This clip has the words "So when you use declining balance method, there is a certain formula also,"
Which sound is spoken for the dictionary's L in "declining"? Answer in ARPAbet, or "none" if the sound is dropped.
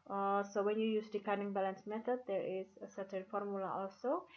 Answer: none